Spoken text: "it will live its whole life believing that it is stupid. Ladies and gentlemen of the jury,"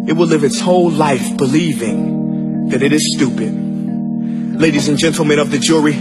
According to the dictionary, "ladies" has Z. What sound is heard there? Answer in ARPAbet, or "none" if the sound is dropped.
Z